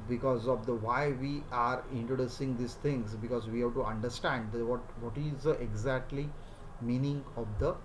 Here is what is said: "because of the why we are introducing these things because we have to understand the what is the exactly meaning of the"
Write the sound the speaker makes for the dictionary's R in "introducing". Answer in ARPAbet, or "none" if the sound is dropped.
R